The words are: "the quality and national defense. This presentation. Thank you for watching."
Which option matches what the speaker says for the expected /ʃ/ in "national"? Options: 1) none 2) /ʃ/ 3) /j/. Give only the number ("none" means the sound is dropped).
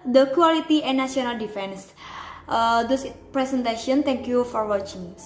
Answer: 1